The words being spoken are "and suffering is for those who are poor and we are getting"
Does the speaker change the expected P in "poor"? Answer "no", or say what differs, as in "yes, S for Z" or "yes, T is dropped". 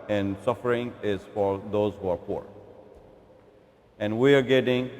no